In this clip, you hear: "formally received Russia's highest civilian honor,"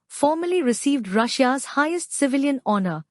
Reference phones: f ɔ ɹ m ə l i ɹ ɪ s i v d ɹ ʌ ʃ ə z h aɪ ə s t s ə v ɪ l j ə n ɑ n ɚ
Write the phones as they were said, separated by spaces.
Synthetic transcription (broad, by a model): f ɔ ɹ m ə l i ɹ ɪ s i v d ɹ ʌ ʃ ə z h aɪ ə s t s ə v ɪ l j ə n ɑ n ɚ